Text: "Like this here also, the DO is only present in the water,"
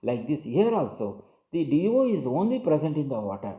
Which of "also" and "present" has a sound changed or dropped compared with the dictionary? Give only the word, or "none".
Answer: none